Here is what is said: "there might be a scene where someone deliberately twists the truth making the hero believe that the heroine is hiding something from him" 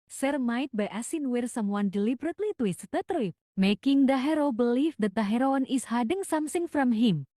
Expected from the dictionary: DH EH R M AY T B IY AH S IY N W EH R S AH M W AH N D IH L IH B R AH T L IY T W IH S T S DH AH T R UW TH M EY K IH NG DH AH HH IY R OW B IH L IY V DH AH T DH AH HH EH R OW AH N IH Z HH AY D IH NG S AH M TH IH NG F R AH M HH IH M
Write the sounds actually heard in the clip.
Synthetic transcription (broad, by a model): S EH R M AY T B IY AH S IY N W EH R S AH M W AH N D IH L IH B R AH T L IY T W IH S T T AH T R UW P M EY K IH NG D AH HH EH R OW B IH L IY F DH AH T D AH HH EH R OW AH N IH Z HH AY D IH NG S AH M S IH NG F R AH M HH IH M